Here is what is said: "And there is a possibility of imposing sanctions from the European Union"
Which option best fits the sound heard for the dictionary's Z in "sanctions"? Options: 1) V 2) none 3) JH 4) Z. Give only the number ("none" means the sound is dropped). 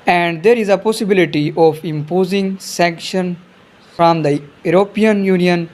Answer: 2